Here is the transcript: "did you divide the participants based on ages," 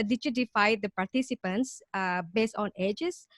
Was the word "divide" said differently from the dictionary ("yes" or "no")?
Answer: yes